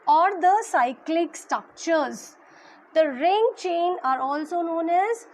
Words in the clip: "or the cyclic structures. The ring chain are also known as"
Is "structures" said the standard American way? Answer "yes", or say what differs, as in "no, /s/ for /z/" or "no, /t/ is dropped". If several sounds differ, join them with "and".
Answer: yes